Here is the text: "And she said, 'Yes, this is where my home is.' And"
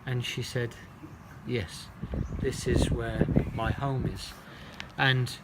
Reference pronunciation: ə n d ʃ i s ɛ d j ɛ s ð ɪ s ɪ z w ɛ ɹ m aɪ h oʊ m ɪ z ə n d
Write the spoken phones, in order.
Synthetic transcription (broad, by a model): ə n ʃ i s ɛ d j ɛ s ð ɪ s ɪ z w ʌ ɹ m aɪ h oʊ m ɪ z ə n